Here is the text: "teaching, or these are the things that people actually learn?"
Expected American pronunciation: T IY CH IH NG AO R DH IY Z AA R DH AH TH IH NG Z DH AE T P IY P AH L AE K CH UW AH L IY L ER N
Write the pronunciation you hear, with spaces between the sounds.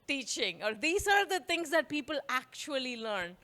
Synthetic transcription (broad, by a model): T IY CH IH NG AO R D IY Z AA R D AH T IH NG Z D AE T P IY P AH L AE K CH UW AH L IY L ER N